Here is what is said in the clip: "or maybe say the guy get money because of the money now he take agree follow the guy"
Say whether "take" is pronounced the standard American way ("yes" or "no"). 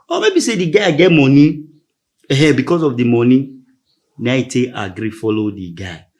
no